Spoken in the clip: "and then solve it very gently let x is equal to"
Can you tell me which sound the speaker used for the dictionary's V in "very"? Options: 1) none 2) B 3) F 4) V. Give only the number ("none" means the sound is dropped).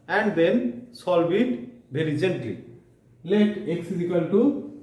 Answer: 2